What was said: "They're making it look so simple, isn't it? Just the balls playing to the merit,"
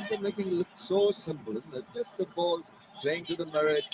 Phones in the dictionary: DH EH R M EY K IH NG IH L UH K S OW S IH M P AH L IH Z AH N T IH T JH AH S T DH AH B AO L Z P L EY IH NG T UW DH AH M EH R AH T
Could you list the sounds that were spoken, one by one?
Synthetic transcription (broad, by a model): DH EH M EY K IH NG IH L UH K S OW S IH M P AH L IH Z N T IH T JH AH S T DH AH B AO L Z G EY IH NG T UW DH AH M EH R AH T